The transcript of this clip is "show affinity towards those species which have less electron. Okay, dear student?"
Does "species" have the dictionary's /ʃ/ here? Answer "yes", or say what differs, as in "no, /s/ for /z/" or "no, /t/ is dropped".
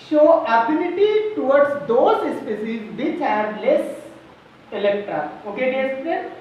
no, /s/ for /ʃ/